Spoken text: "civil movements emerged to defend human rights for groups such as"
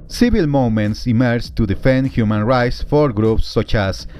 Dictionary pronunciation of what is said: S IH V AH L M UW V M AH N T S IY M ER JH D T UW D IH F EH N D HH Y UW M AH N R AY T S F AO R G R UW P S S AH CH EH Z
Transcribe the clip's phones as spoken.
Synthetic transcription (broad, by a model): S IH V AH L M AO M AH N T S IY M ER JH T UW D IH F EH N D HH Y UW M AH N R AY T S F AO R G R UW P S S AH CH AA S